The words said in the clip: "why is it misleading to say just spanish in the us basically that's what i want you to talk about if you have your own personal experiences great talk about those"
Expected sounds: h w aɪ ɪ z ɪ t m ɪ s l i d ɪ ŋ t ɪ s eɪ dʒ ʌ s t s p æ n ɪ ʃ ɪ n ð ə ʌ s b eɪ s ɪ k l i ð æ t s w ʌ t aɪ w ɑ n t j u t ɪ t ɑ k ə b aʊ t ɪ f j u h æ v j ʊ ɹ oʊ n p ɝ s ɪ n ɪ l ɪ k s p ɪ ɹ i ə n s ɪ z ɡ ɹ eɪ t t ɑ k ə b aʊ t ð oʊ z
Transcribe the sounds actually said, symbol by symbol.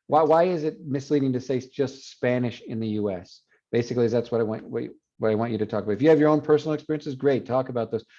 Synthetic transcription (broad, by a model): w w aɪ ɪ z ɪ t m ɪ s l i d ɪ ŋ t ɪ s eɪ dʒ ʌ s t s p æ n ɪ ʃ ɪ n ð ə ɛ s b eɪ s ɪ k l i ð æ t s w ʌ t aɪ w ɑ n t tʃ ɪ t ɪ t ɑ k ə b aʊ t ɪ f j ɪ v j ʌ ɹ oʊ n p ɝ s n l ɪ k s p ɪ ɹ i ə n s ɪ z ɡ ɹ eɪ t t ɑ k ə b aʊ t ð oʊ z